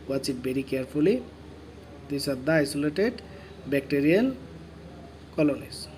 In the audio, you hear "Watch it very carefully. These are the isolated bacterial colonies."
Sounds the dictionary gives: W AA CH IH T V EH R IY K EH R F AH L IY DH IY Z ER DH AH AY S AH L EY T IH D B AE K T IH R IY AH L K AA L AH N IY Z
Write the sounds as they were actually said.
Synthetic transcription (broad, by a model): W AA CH IH T B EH R IY K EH R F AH L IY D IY S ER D AY S AH L EY T IH D B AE K T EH R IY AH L K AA L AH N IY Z